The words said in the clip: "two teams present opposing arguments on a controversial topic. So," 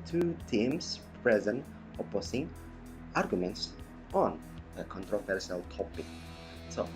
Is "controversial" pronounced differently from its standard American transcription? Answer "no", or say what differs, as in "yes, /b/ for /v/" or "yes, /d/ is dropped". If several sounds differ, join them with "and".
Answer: yes, /s/ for /ʃ/